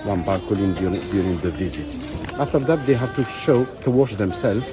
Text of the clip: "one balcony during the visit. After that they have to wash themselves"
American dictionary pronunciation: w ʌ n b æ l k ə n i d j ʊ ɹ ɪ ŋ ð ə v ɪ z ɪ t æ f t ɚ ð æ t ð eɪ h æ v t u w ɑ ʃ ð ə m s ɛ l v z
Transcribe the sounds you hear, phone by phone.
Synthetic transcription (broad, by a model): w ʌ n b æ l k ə l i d j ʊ ɹ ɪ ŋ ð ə v ɪ z ɪ t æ f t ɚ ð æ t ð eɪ h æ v t u w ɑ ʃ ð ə m s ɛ l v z